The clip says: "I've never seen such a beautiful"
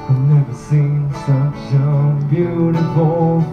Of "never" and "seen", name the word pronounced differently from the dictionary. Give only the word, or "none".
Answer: none